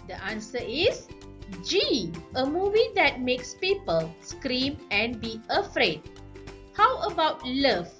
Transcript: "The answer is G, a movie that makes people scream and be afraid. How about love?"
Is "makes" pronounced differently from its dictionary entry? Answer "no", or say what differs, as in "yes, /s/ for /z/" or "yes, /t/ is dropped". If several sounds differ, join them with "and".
no